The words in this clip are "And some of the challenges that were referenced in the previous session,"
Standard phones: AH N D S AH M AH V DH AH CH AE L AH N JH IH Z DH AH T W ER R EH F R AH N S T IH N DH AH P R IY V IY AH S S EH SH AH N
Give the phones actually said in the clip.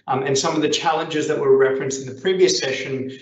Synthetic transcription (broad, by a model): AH N S AH M AH V DH AH CH AE L AH N JH IH Z DH AH T W ER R EH F R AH N S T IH N DH AH P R IY V IY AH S S EH SH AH N